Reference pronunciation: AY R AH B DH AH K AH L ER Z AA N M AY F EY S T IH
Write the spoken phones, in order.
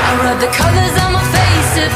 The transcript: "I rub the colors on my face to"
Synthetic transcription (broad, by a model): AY R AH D DH AH K AH L ER Z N M AY F EY S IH